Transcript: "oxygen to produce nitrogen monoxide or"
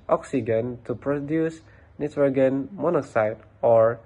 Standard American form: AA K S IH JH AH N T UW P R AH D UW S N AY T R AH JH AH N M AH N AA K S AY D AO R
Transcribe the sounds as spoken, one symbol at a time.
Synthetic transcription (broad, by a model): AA K S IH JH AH N T UW P R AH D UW S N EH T W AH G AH N M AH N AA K S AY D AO R